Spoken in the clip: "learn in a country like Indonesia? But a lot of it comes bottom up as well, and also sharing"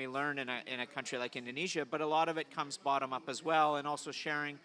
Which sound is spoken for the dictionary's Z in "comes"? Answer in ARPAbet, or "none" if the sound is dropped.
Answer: Z